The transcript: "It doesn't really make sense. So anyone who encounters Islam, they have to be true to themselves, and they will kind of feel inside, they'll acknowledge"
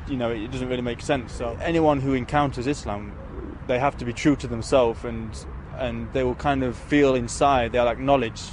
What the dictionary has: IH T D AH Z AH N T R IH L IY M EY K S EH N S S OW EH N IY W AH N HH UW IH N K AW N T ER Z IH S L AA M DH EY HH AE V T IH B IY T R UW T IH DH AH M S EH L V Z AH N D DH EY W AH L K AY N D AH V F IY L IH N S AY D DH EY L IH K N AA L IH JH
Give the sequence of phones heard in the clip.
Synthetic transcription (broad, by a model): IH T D AH Z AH N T R IH L IY M EY K S EH N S S OW EH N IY W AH N HH UW IH N K AW N T ER Z IH S L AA M DH EY HH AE F T IH B IY T R UW T IH DH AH M S EH L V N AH N DH EY W AH L K AY N D AH V F IY L IH N S AY D DH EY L IH K N AA L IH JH